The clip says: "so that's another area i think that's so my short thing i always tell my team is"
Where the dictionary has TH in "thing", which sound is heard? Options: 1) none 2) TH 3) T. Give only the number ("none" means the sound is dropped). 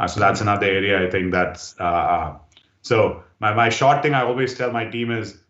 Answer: 3